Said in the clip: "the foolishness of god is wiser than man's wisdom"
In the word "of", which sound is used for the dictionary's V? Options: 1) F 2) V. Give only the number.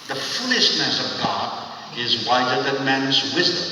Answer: 2